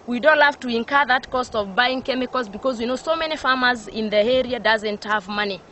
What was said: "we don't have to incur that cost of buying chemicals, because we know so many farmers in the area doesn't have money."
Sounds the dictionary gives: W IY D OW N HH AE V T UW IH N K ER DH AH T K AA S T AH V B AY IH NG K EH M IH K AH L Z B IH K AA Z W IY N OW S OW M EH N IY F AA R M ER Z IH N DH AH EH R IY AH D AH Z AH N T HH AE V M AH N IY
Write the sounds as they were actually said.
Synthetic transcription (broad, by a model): W IY D OW N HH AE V T UW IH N K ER DH AH T K AA S T AH V B AY IH NG K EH M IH K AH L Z B IH K AA Z W IY N OW S OW M EH N IY F AA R M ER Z IH N DH AH EH R IY AH D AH Z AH N T HH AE V M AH N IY